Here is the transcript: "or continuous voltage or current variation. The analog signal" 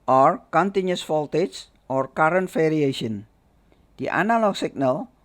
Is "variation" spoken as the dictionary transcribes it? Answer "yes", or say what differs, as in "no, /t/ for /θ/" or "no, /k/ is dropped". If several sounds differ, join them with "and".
no, /f/ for /v/